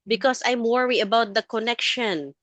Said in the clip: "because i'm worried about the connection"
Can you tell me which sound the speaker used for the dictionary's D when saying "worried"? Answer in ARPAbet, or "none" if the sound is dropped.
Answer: none